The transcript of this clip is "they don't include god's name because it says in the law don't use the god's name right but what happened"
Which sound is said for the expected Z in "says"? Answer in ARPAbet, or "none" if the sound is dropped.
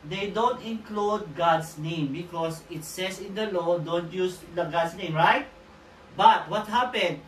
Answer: S